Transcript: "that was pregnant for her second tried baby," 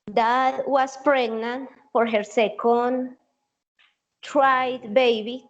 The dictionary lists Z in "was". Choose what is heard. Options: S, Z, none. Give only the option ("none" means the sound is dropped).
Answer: S